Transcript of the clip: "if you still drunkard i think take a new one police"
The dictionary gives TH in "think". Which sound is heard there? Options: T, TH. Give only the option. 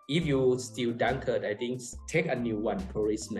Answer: T